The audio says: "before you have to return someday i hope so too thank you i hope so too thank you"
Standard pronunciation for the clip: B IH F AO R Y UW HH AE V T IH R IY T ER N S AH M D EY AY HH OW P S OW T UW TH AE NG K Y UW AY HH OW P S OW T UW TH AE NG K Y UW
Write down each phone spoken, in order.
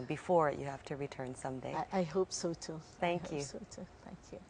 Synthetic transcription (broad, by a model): B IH F AO R Y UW HH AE F T IH R IY T ER N S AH M D EY AY HH OW P S OW T UW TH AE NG K Y UW S OW T UW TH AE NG K Y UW